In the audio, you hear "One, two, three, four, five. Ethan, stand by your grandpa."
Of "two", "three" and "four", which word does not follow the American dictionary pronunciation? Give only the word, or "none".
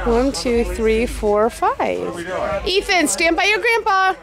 none